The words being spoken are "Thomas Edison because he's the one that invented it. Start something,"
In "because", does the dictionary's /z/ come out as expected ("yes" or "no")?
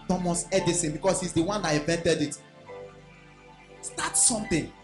no